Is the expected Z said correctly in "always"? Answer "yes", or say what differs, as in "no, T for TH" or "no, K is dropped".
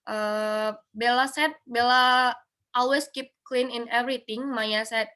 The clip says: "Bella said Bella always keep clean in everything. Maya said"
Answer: no, S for Z